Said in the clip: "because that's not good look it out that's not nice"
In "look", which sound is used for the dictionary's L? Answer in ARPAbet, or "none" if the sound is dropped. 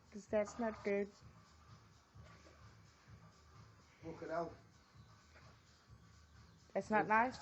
W